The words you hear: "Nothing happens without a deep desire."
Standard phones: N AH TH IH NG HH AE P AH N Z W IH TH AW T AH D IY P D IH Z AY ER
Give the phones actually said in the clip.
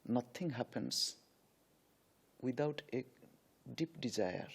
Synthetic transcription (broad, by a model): N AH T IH NG HH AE P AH N S W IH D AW T AH D IY P D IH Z AY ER